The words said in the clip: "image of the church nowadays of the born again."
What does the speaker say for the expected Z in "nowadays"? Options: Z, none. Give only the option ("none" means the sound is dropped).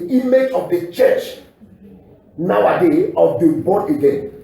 none